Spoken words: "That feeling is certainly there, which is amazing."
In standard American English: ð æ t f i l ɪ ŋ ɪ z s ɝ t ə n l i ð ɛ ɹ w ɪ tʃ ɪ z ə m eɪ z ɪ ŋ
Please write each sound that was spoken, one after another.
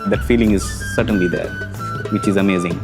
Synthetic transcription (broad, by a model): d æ t f i l ɪ ŋ ɪ z s ɝ t ə n l i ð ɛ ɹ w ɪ tʃ ɪ z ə m eɪ z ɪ ŋ